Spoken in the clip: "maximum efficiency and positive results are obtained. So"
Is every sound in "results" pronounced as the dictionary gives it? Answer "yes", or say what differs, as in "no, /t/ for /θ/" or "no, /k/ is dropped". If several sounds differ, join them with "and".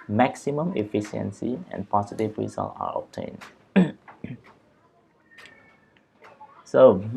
no, /s/ is dropped